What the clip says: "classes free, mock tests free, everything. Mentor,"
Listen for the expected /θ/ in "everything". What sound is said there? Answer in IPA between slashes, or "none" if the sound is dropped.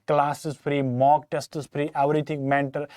/t/